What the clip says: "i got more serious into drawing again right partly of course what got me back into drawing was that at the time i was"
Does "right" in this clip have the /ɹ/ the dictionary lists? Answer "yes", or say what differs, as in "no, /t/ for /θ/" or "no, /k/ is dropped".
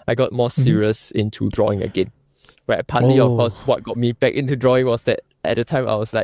no, /w/ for /ɹ/